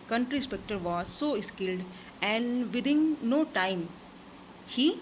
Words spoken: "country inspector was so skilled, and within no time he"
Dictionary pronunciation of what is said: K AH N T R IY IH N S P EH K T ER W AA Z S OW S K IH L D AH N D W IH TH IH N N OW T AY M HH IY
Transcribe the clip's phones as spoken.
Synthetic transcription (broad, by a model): K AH N T R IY S P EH K T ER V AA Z S OW S K IH L D AH N D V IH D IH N N OW T AY M HH IY